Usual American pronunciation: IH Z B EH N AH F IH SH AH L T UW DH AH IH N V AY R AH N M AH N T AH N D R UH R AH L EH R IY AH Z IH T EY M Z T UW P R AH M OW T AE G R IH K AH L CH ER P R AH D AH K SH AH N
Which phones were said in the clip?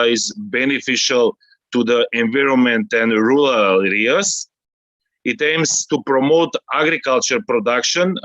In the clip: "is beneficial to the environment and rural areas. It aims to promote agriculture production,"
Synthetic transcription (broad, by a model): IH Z B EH N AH F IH SH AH L T UW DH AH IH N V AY R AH N M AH N T AH N D R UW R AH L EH R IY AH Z IH T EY M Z T UW P R AH M OW T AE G R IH K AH L CH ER P R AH D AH K SH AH N